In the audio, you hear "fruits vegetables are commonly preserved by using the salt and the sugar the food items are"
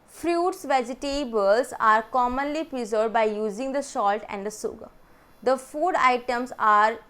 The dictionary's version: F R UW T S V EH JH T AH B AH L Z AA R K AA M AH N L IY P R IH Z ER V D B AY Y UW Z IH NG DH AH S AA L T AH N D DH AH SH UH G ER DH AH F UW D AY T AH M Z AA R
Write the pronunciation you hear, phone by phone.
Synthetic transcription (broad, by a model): F R UW T S V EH JH T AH B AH L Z AA R K AA M AH N L IY P R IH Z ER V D B AY Y UW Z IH NG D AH SH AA L T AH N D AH S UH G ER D AH F UW D AY T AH M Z AA R